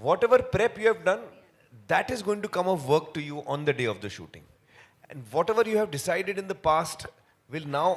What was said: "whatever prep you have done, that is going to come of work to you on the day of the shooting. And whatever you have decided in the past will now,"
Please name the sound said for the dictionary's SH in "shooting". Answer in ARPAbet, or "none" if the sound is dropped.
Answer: SH